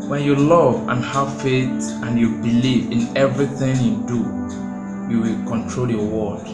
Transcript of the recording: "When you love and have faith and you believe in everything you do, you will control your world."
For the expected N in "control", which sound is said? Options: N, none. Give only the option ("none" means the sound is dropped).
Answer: N